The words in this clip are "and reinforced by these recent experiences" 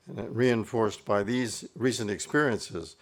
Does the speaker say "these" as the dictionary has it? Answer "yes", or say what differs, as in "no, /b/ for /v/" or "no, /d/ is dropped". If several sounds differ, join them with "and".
yes